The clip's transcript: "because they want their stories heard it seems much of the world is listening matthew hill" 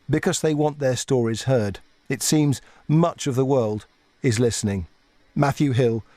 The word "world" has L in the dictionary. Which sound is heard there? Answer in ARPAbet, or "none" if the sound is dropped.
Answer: L